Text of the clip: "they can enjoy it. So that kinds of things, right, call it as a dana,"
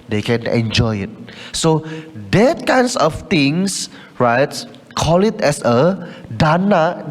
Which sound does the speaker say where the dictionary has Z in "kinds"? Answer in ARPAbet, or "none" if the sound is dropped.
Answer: S